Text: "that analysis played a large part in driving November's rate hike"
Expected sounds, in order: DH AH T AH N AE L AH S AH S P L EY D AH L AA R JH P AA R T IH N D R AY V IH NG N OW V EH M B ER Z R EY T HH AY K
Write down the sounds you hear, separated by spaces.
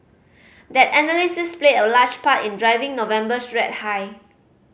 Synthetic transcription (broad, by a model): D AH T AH N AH L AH S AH S P L EY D AH L AA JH P AA T IH N D R AY V IH NG N OW V EH M B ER S R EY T HH AY